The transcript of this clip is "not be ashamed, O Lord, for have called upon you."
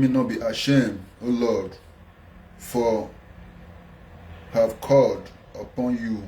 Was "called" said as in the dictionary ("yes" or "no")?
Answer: yes